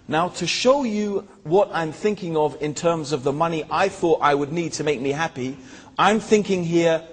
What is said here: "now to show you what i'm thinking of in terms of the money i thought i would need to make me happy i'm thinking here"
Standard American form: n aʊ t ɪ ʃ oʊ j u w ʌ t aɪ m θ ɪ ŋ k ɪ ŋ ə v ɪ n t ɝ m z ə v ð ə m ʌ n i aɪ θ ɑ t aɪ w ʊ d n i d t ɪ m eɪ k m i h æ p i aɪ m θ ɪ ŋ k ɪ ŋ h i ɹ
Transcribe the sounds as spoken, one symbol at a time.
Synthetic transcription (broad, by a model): n aʊ t ɪ ʃ oʊ j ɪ w ʌ t aɪ m θ ɪ ŋ k ɪ ŋ ə v ɪ n t ɝ m z ə v ð ə m ʌ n i aɪ θ ɑ t aɪ w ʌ d n i d t ɪ m eɪ k m i h æ p i aɪ m θ ɪ ŋ k ɪ ŋ h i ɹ